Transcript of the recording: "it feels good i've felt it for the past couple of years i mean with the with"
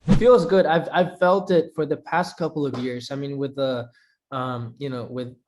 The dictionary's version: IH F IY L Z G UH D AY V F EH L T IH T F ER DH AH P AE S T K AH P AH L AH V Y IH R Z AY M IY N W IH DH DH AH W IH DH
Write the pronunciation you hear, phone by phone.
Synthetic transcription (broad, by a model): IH F IY L Z G UH D AY V F EH L T IH T F ER DH AH P AE S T K AH P L AH V Y IH R Z AY M IY N W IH DH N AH W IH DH